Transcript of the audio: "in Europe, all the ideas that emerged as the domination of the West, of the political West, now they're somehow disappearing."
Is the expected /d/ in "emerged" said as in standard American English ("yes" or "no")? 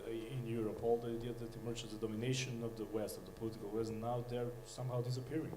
no